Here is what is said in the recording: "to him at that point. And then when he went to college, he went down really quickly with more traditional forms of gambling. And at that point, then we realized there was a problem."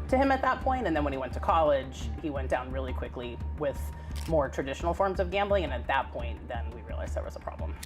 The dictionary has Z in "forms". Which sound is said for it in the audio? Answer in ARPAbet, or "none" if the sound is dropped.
Z